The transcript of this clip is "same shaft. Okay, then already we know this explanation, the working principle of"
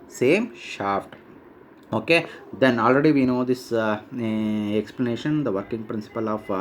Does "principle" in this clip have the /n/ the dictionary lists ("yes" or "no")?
yes